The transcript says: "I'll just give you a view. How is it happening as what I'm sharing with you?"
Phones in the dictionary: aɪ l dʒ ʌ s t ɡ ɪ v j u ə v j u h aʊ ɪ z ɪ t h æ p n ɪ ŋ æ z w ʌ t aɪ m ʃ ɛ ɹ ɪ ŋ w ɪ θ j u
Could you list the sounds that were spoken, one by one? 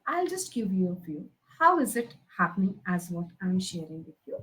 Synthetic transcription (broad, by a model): aɪ l dʒ ʌ s t ɡ ɪ v j u ə f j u h aʊ ɪ z ɪ t h æ p n ɪ ŋ æ z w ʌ t aɪ m ʃ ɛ ɹ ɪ ŋ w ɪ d j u